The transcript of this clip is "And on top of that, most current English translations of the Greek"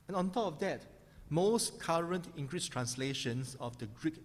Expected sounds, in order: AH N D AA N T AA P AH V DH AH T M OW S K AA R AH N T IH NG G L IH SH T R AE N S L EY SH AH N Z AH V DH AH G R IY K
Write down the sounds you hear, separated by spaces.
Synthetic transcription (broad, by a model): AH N AA N T AA P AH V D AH T M OW S K AA R AH N T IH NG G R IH S T R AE N S L EY SH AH N S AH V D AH G R IY K